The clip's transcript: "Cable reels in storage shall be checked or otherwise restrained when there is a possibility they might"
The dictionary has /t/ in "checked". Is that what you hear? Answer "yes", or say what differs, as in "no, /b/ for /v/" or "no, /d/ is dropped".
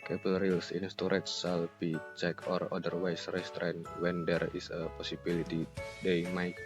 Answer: no, /t/ is dropped